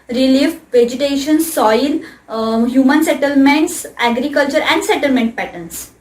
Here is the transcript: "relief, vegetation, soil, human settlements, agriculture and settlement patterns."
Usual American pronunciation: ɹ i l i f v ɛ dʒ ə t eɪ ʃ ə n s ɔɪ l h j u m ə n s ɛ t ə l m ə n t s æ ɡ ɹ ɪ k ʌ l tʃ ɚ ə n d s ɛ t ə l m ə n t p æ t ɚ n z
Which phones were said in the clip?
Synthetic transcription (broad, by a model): ɹ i l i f v ɛ dʒ ə t eɪ ʃ ə n s ɔɪ l h j u m ə n s ɛ t ə l m ə n t s æ ɡ ɹ ɪ k ʌ l tʃ ɚ ə n d s ɛ t ə l m ə n t p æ t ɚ n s